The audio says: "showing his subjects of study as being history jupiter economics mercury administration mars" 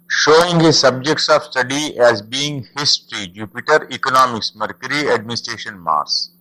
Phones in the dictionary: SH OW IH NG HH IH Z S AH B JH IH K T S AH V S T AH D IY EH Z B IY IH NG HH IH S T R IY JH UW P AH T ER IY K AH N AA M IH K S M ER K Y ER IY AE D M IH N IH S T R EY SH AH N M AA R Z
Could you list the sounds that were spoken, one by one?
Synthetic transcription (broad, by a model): SH OW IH NG HH IH Z S AH B JH IH K T S AH V S T AH D IY EH Z B IY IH NG HH IH S T R IY JH UW P AH T ER IY K AH N AA M IH K S M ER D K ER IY AE D M IH N IH S T R EY SH AH N M AA R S